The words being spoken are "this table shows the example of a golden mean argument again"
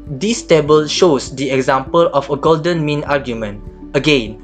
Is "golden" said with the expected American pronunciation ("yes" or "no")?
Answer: yes